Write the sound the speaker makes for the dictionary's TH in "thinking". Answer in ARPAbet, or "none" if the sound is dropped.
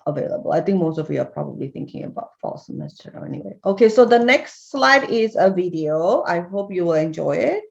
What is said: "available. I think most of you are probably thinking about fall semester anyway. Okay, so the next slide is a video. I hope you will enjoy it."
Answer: TH